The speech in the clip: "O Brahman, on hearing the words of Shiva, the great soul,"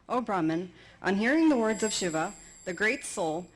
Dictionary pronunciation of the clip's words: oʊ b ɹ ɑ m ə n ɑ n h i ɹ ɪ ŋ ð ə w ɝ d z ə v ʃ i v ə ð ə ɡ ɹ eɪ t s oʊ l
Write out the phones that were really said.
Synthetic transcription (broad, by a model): oʊ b ɹ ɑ m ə n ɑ n h i ɹ ɪ ŋ ð ə w ɝ d z ə v ʃ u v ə ð ə ɡ ɹ eɪ t s oʊ l